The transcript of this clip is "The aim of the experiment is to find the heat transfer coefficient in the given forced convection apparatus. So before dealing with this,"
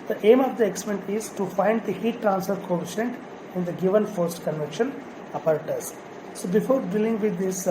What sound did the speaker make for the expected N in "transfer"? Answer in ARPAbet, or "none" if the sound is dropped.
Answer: N